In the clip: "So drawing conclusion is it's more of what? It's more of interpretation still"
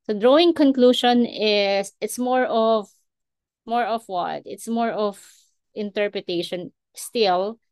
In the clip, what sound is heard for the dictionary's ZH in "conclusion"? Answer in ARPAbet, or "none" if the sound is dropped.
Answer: SH